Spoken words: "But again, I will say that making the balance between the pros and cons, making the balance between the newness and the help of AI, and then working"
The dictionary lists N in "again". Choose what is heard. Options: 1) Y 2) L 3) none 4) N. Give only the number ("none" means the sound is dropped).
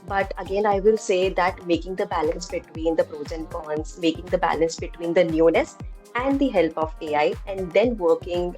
4